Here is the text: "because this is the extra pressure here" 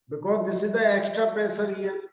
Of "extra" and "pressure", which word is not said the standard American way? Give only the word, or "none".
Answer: pressure